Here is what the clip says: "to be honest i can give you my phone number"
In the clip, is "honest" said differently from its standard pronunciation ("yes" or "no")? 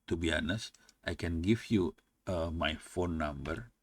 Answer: no